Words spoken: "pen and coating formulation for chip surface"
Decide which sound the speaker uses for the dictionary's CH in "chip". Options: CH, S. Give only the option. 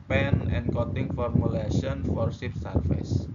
S